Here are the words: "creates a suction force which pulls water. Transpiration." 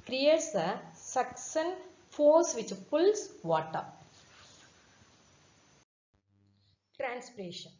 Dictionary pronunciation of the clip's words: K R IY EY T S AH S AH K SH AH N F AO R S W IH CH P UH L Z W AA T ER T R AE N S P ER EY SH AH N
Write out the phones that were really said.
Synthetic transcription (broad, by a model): K R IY EY T S AH S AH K S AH N F AO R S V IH CH P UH L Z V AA T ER T R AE N S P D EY SH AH N